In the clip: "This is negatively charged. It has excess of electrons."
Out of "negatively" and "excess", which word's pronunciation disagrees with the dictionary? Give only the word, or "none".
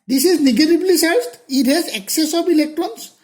negatively